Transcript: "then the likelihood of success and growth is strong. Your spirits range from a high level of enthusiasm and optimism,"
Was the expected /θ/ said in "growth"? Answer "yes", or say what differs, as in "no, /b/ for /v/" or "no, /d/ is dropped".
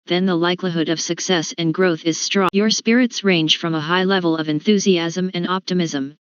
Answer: yes